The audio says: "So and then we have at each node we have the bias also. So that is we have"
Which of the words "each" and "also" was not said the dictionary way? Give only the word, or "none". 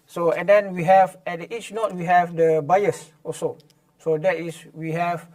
also